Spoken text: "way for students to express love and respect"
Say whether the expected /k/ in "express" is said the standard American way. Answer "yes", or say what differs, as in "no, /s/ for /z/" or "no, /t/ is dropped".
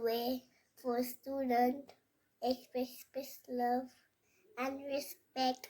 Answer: no, /k/ is dropped